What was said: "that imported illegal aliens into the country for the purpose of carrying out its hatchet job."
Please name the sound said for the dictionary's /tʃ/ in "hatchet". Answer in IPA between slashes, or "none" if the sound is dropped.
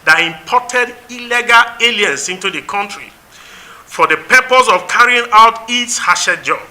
/ʃ/